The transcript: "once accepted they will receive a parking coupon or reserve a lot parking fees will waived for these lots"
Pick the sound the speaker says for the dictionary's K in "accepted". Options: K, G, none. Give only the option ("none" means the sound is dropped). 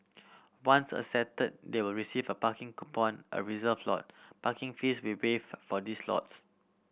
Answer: none